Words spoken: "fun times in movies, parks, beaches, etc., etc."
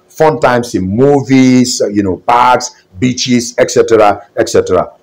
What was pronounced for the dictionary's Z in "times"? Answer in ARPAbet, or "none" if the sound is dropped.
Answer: S